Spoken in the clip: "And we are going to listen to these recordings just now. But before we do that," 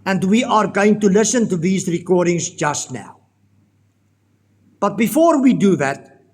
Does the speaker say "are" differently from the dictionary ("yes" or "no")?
no